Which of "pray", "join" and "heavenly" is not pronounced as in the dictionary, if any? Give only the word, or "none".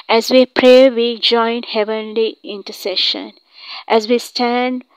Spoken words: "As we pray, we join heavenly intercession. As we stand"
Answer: none